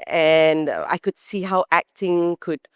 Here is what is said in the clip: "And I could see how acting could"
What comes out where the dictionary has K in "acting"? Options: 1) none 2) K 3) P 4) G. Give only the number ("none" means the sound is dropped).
2